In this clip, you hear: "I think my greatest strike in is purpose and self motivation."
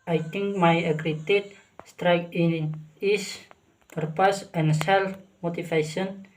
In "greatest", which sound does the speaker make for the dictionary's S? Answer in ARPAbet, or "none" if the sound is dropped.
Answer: none